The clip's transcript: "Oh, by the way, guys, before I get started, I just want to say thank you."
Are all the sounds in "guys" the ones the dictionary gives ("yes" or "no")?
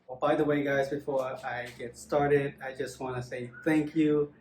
yes